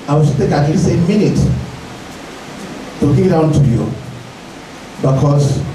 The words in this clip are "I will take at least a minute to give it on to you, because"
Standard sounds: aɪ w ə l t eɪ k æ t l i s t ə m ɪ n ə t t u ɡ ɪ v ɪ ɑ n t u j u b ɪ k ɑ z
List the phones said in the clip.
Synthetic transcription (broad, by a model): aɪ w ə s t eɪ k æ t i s ə m ɪ n ə t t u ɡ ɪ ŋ ɪ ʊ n t u j u b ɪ k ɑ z